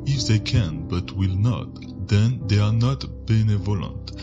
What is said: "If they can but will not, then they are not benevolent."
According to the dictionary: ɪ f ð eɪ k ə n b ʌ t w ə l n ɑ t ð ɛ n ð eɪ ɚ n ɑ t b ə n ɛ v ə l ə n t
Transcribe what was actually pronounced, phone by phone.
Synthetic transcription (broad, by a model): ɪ f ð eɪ k ə n b ʌ t w ə l n ɑ t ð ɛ n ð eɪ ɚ n ɑ t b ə n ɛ v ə l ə n t